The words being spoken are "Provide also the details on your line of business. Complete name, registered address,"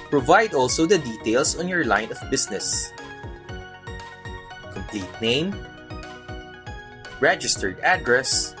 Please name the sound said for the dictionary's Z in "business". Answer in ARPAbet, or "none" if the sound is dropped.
S